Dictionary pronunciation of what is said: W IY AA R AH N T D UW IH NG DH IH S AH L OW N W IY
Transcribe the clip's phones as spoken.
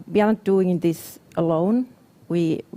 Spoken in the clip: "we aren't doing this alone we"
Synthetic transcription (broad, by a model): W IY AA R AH T D UW IH NG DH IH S AH L OW N W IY